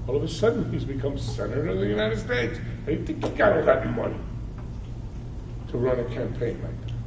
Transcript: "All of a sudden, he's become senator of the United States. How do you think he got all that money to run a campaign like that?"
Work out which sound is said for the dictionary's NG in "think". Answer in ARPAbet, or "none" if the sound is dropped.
none